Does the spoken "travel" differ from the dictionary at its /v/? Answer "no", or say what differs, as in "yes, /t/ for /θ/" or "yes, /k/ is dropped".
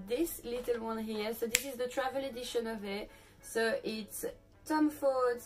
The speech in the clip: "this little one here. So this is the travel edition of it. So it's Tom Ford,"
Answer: no